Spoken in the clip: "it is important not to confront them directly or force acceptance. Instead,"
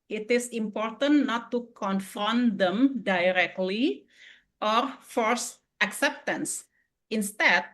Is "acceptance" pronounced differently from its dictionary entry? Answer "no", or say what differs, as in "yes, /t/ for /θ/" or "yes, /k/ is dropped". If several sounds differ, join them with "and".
no